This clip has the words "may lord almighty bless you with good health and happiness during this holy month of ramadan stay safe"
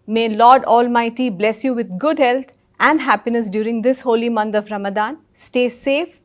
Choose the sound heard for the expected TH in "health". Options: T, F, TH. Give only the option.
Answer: T